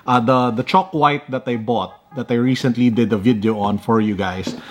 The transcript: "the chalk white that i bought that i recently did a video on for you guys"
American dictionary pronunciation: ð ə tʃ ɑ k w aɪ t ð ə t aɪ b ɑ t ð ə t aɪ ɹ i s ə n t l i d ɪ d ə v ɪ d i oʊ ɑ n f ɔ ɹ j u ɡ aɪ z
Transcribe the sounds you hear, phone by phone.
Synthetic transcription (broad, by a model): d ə tʃ ɑ k w aɪ t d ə t aɪ b ɑ t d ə t aɪ ɹ i s ə n t l i d ɪ d ə v ɪ d i oʊ ɑ n f ɔ ɹ j u ɡ aɪ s